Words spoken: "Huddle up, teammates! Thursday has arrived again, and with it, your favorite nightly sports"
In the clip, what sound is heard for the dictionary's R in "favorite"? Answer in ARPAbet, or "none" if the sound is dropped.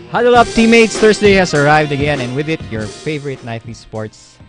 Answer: R